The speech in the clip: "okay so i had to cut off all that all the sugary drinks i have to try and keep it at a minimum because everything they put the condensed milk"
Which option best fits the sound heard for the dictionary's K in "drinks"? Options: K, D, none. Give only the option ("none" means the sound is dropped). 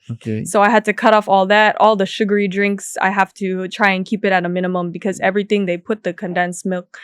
K